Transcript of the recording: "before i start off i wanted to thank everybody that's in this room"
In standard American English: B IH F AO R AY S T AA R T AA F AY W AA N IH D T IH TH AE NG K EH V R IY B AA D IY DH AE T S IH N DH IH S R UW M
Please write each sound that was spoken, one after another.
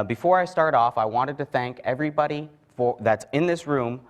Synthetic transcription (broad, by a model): B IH F AO R AY S T AA R T AA F AY W AA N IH D T IH TH AE NG K EH V R IY B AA D IY DH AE T S IH N DH IH S R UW M